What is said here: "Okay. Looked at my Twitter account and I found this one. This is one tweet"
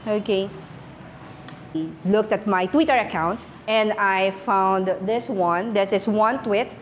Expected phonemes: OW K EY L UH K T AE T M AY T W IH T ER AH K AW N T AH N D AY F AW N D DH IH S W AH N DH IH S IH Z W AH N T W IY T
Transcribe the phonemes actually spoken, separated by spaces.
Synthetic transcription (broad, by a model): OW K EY L UH K T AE T M AY T W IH T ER AH K AW N T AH N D AY F AW N D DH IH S W AH N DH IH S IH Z W AH N T W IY T